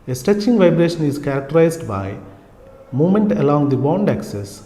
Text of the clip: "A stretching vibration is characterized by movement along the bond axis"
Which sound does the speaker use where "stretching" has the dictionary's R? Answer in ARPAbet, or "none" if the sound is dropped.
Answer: none